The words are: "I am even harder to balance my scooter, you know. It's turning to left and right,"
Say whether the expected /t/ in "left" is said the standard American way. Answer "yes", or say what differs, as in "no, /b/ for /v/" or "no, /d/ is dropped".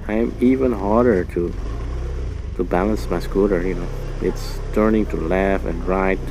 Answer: no, /t/ is dropped